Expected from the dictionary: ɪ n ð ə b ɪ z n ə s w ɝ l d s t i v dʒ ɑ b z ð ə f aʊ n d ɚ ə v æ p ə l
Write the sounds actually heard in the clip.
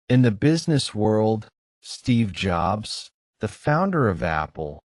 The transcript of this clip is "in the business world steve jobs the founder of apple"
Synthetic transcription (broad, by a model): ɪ n ð ə b ɪ z n ə s w ɝ l d s t i v dʒ ɑ b z ð ə f aʊ n d ɚ ə v æ p l